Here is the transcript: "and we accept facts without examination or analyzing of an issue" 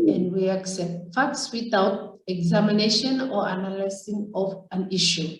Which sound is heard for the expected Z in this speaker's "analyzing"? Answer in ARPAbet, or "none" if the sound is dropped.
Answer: S